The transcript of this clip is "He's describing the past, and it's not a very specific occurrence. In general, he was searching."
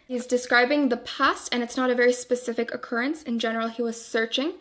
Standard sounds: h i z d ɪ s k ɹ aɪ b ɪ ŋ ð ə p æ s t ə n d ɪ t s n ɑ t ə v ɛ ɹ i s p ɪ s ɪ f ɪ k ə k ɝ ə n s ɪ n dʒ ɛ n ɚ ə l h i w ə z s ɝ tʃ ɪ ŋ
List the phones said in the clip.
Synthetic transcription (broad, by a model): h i z d ɪ s k ɹ aɪ b ɪ ŋ ð ə p æ s t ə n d ɪ t s n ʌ t ə v ɛ ɹ i s p ɪ s ɪ f ɪ k ə k ɝ ə n s ɪ n dʒ ɛ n ɚ l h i w ə z s ɝ tʃ ɪ ŋ